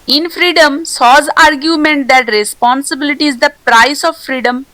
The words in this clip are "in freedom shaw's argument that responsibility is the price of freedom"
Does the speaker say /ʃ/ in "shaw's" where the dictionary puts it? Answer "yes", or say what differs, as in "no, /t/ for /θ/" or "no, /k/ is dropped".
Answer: no, /s/ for /ʃ/